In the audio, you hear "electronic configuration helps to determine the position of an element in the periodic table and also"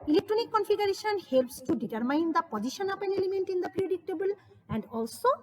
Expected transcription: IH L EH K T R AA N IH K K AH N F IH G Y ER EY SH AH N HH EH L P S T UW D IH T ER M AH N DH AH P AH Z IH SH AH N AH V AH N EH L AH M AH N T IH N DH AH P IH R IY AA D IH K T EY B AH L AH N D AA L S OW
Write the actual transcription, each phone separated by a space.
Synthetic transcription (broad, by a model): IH L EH K T R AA N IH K K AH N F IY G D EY SH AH N HH EH L P S T UW D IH T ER M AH N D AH P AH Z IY SH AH N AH P AH N EH L AH M AH N T IH N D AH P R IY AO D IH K T EY B AH L AH N D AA L S OW